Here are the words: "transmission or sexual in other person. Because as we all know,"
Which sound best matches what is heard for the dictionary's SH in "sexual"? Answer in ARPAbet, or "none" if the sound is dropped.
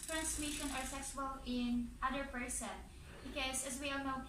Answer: S